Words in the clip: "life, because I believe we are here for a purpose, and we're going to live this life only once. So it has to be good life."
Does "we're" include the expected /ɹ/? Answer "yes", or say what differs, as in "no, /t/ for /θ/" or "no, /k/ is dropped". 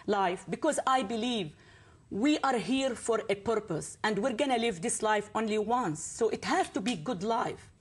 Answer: yes